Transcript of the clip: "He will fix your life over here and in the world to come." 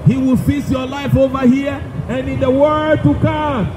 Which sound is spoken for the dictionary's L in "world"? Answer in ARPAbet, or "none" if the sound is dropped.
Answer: none